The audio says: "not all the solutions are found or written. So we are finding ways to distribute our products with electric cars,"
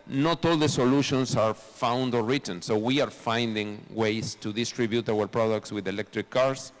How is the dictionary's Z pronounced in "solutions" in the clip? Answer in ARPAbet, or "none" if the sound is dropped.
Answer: S